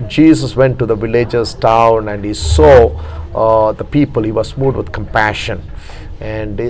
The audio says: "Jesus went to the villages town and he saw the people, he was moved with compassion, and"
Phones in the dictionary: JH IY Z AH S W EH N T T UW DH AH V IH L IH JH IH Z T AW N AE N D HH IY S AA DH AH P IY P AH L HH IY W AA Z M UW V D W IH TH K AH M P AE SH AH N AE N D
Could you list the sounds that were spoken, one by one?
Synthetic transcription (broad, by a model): JH IY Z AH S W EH N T T UW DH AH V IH L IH JH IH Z T AW N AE N D HH IY S AA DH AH P IY P AH L HH IY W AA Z M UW D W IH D K AH M P AE SH AH N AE N D